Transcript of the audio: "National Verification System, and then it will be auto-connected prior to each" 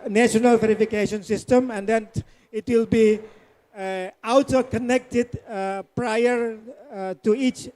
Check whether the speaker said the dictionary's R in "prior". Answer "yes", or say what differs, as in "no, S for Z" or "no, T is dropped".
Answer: yes